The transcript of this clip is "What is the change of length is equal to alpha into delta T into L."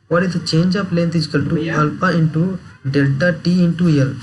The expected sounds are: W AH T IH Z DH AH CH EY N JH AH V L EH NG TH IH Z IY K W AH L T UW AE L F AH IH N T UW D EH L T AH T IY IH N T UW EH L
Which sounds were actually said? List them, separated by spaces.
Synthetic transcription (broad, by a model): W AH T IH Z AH CH EY N JH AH P L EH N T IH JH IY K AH L T UW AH L P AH IH N T UW D EH L T AH T IY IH N T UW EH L